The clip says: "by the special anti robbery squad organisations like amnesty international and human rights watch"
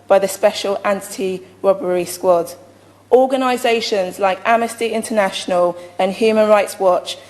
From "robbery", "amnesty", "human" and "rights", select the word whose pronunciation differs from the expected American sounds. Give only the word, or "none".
amnesty